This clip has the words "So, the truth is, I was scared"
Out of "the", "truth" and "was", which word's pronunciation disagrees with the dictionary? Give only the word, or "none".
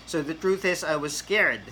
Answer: none